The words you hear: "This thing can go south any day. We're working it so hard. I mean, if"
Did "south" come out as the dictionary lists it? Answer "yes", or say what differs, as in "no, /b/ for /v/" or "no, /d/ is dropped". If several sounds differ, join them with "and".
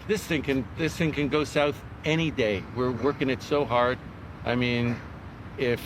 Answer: yes